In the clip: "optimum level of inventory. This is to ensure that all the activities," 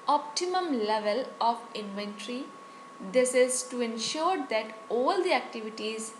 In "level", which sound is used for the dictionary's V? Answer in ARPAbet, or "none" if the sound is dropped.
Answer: V